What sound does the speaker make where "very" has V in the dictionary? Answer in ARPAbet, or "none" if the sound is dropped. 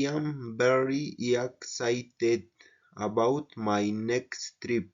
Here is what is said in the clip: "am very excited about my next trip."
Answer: B